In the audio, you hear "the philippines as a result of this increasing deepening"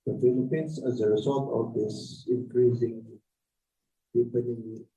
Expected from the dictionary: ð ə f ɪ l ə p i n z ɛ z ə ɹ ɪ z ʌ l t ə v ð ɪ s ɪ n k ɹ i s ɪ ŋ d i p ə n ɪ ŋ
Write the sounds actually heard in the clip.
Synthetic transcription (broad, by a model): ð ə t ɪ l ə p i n s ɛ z ə ɹ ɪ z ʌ l t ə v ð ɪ s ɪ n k ɹ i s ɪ ŋ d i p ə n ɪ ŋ